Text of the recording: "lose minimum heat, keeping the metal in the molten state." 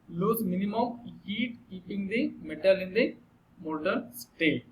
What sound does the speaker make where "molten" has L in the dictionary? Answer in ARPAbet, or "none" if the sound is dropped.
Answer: none